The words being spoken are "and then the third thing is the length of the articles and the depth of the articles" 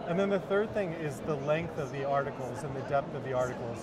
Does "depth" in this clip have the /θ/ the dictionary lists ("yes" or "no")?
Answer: yes